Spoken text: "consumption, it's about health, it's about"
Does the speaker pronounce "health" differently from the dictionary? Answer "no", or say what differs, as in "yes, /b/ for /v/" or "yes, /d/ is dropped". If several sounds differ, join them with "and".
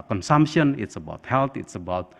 yes, /t/ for /θ/